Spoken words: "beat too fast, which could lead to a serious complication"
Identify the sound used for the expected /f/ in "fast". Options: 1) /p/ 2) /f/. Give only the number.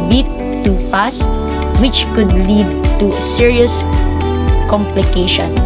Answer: 1